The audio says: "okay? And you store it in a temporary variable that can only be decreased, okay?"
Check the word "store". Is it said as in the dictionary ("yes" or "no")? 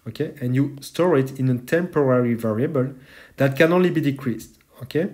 yes